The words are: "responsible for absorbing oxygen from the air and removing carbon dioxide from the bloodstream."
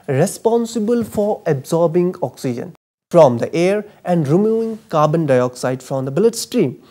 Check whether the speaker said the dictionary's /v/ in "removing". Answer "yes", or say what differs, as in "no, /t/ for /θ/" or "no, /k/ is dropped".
no, /v/ is dropped